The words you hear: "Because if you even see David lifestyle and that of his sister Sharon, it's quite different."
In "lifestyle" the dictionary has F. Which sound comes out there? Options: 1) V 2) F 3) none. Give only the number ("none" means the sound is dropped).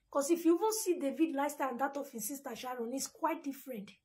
3